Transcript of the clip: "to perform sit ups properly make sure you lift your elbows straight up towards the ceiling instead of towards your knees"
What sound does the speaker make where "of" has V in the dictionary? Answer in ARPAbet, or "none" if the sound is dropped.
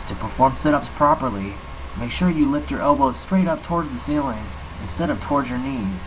P